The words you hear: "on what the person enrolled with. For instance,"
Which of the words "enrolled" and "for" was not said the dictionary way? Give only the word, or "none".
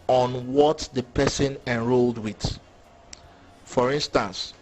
none